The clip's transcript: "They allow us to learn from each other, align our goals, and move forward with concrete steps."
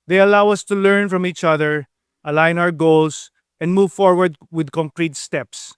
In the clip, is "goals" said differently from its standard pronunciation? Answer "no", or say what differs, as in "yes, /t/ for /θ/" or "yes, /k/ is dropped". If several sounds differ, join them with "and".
yes, /s/ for /z/